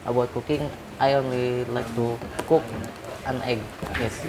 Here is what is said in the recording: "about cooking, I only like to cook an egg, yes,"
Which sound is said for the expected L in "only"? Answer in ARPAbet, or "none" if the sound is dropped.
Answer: L